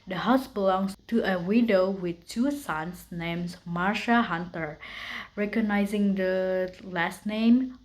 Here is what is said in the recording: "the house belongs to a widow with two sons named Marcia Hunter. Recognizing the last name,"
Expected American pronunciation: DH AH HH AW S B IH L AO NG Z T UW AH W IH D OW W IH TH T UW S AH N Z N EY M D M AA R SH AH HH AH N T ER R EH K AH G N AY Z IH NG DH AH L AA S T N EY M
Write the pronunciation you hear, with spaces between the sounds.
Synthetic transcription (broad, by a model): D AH HH AW S B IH L AO NG S T UW AH W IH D OW W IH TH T UW S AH N S N EY M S M AA R SH AH HH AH N T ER R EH K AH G N AY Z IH NG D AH L AA S T N EY M